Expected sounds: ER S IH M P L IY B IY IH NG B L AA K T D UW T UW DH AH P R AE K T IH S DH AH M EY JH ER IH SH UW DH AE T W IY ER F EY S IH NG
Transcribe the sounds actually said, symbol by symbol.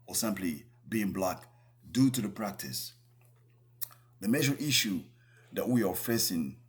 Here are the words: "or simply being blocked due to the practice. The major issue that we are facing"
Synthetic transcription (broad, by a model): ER S IH M P L IY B IY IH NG B L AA K D UW T UW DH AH P R AE K T IH S DH AH M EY ZH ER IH SH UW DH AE T W IY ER F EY S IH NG